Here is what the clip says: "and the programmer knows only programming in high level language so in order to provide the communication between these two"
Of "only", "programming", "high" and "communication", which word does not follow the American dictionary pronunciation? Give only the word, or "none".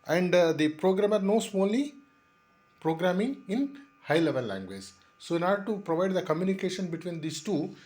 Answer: only